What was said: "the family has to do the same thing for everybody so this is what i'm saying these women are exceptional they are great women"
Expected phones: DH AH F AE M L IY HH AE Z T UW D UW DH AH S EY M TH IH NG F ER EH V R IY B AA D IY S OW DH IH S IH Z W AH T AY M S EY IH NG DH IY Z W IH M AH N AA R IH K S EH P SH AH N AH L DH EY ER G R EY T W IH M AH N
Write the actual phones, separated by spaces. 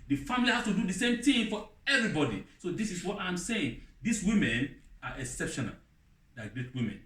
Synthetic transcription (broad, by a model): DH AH F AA M L IY HH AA S T UW D UW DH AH S EY M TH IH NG F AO EH V R IY B AA D IY S OW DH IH S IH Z W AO T AY M S EY IH NG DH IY S W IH M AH N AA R IH K S EH P SH AH N AH L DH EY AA G R EY T W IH M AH N